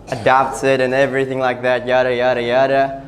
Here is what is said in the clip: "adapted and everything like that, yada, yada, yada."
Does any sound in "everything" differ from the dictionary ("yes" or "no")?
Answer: no